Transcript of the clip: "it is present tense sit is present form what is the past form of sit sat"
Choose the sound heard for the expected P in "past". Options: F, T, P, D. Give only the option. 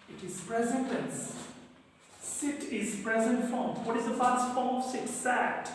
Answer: F